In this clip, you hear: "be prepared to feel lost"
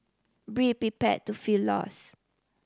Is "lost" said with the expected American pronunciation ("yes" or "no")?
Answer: no